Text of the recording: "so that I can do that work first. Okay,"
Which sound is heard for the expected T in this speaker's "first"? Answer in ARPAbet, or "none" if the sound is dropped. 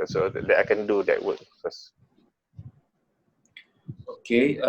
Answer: none